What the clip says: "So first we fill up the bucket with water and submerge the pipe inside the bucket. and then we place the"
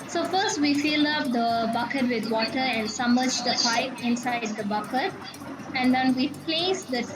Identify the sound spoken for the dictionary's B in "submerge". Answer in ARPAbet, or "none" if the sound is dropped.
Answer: none